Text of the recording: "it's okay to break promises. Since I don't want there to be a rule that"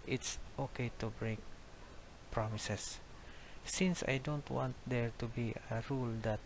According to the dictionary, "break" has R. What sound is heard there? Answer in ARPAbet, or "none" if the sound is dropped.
R